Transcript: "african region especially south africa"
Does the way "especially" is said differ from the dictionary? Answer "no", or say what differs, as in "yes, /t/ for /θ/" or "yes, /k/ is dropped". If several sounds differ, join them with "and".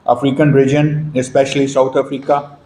no